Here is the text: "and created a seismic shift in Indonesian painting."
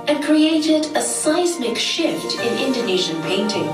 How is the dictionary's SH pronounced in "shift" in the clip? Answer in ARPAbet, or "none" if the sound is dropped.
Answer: SH